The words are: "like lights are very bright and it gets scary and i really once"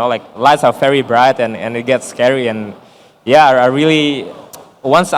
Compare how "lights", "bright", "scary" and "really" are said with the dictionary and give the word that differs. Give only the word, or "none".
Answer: none